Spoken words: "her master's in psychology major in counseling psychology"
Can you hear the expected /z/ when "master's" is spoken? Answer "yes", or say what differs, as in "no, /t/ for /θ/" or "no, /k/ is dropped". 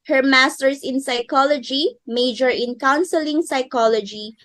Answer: no, /s/ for /z/